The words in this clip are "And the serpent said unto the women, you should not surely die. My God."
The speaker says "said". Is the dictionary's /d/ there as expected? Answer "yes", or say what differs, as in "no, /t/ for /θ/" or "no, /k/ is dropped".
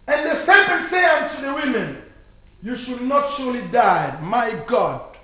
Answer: no, /d/ is dropped